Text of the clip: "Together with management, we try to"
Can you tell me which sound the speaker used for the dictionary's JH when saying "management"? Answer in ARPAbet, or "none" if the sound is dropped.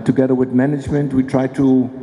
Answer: JH